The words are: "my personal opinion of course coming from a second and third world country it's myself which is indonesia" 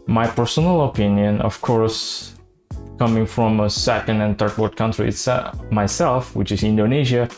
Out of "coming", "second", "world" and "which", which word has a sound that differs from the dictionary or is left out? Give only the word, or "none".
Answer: world